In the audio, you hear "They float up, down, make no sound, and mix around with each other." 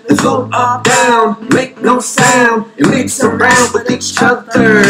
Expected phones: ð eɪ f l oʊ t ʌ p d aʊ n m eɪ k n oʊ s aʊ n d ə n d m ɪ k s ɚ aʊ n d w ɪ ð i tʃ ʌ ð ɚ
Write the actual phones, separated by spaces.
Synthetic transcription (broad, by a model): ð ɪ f oʊ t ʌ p d aʊ n m eɪ k n oʊ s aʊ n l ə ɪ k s ɚ aʊ n d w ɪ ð i tʃ ʌ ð ɚ